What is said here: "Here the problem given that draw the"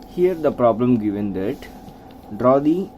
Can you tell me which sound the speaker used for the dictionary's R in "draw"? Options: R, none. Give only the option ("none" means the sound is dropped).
R